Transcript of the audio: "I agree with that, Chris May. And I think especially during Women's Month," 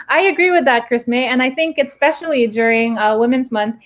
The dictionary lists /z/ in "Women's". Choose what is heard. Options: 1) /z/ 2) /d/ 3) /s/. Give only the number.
1